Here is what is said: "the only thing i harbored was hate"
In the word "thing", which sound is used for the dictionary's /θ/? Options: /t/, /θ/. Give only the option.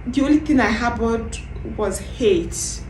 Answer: /t/